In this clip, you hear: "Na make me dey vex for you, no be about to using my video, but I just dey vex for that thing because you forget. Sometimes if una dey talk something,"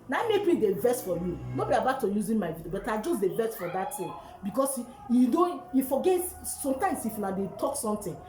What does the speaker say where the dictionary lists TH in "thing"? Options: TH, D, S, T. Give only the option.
T